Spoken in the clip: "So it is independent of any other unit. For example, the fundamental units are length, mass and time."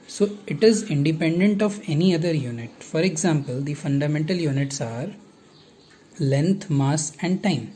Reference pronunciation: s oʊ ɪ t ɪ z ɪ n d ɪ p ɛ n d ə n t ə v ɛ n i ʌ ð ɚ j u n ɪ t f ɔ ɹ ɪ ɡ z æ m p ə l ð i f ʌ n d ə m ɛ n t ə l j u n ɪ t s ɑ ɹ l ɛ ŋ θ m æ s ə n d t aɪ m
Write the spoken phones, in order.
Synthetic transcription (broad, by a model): s oʊ ɪ t ɪ z ɪ n d ɪ p ɛ n d ə n t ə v ɛ n i ʌ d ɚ j u n ɪ t f ɔ ɹ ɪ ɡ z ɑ m p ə l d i f ʌ n d ə m ɛ n t ə l j u n ɪ t s ɑ ɹ l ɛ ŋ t m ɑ s ə n d t aɪ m